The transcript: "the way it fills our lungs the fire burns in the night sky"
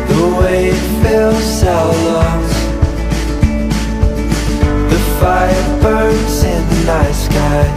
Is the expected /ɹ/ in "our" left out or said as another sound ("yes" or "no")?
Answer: yes